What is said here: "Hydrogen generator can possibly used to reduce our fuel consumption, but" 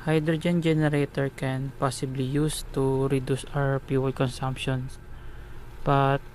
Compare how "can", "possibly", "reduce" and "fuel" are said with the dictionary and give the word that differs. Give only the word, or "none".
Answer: fuel